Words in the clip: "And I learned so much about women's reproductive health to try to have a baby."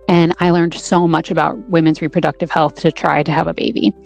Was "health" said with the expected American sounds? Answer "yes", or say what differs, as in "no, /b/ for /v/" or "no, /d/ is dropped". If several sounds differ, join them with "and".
yes